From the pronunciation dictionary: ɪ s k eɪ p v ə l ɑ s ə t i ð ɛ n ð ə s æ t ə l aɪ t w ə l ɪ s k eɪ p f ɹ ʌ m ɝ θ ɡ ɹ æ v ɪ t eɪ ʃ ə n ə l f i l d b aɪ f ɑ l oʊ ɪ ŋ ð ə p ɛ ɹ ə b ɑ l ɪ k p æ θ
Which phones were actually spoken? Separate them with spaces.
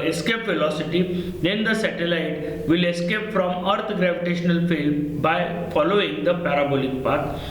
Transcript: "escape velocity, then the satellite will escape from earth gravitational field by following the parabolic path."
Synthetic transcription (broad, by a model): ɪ s k eɪ p f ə l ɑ s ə t i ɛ n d ə s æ t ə l aɪ t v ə l ɪ s k eɪ p f ɹ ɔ m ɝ t ɡ ɹ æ v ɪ t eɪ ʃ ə n ə l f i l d b aɪ f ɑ l oʊ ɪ ŋ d ə p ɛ ɹ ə b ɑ l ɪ k p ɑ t